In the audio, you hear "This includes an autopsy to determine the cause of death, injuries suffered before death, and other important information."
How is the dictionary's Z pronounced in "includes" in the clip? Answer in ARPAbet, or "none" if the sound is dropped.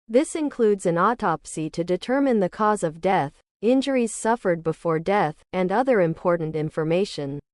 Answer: Z